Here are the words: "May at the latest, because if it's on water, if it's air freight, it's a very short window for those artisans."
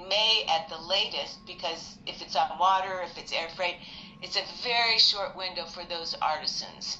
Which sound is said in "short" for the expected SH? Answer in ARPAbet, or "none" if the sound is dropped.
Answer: SH